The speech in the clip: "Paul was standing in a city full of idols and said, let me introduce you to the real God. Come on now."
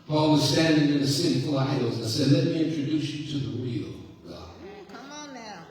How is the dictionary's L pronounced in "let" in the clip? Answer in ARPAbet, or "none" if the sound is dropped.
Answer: L